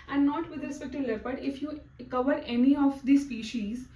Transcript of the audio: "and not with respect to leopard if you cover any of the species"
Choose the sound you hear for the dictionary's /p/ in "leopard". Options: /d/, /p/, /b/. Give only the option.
/b/